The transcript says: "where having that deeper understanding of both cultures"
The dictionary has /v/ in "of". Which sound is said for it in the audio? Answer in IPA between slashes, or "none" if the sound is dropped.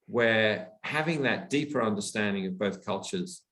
/v/